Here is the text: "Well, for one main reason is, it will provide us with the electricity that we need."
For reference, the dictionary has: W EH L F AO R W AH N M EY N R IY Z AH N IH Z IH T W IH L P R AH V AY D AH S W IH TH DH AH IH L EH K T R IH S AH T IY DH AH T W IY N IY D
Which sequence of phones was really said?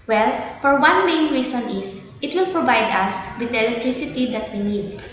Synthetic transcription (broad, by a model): W EH L F AO R W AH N M EY N R IY S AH N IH S IH T W IH L P R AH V AY D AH S W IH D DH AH L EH K T R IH S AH T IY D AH T W IY N IY D